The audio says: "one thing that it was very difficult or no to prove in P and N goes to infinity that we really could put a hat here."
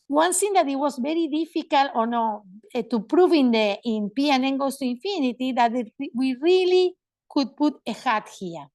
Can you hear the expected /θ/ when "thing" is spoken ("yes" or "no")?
no